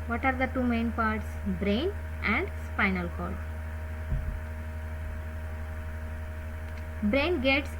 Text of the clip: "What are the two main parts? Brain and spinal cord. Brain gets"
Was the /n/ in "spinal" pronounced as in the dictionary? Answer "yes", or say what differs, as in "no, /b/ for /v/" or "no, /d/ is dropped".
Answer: yes